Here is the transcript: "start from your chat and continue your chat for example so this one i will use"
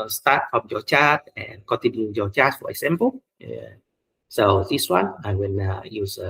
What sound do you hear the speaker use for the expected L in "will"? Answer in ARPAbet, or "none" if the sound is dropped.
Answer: N